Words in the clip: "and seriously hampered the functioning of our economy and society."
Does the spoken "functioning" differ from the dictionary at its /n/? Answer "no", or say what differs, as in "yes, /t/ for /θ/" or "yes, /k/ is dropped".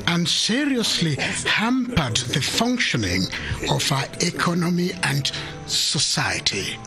no